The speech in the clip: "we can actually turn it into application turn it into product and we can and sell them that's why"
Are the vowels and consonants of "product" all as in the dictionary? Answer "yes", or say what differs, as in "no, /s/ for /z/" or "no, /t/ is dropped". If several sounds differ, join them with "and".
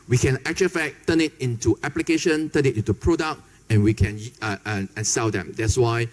no, /t/ is dropped